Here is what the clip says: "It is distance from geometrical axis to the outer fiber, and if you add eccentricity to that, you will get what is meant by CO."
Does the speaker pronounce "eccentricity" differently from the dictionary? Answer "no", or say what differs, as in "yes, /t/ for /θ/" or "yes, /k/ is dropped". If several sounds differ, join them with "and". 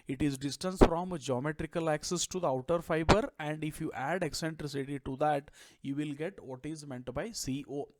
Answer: no